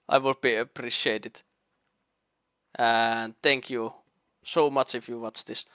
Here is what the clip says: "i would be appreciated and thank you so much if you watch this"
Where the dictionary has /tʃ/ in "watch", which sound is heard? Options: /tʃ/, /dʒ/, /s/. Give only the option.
/tʃ/